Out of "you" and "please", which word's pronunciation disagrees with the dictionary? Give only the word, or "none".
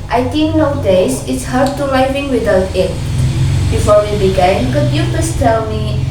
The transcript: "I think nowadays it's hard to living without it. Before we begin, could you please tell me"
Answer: please